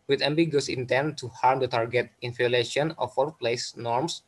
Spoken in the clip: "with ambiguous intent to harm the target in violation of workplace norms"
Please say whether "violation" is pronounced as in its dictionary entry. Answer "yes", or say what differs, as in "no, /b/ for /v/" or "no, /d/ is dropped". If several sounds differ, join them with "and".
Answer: no, /f/ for /v/